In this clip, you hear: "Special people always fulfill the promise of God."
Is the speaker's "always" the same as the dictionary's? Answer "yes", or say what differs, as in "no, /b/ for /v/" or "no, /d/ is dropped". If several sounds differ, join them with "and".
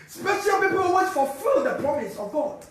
no, /l/ is dropped